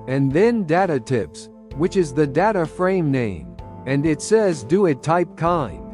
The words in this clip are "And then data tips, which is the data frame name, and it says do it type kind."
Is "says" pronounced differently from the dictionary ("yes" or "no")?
no